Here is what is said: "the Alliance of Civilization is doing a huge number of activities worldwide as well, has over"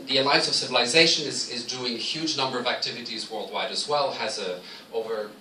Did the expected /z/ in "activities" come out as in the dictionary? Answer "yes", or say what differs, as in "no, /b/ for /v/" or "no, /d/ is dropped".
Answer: yes